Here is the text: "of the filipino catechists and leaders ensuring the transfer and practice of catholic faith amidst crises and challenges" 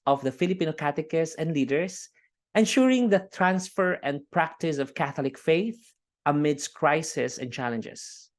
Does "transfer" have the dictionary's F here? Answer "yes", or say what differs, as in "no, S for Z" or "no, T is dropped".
yes